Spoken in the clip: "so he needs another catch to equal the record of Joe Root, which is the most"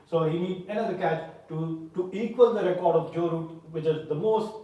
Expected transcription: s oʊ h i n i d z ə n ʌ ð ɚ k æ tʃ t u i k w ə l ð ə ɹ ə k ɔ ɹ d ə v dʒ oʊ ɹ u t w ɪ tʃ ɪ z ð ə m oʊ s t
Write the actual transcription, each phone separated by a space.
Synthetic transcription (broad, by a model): s oʊ h i n i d ə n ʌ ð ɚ k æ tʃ t u i k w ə l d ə ɹ ə k ɔ ɹ d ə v dʒ oʊ ɹ u t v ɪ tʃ ɪ z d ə m oʊ s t